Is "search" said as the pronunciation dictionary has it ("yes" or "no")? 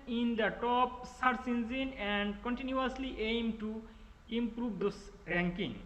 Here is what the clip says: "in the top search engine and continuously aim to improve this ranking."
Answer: no